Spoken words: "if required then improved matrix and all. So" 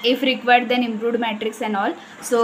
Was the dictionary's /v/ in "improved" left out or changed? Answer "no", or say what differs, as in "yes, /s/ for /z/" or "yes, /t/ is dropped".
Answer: yes, /v/ is dropped